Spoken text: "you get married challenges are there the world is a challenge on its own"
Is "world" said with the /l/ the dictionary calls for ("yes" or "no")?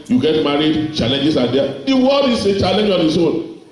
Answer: no